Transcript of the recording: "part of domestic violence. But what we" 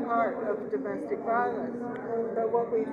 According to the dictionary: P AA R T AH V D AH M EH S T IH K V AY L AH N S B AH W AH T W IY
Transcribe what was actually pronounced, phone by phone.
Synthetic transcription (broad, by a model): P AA R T AH V D AH M EH S T IH K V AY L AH S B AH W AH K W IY